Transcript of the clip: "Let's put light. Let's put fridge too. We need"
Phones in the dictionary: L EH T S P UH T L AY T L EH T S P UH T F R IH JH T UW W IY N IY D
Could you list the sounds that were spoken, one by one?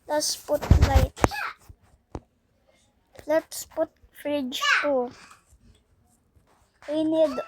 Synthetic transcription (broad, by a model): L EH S P UH T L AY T L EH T S P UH T F R IH JH T UW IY N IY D